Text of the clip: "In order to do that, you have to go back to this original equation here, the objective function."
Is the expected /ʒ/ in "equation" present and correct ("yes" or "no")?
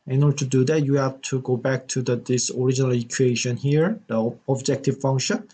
no